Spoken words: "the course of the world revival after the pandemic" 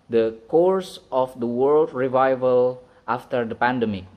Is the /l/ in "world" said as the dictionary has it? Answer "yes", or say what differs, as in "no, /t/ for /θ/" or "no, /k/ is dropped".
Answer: yes